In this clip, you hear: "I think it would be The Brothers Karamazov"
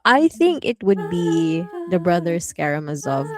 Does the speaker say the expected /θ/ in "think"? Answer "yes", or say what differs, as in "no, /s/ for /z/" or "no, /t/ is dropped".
yes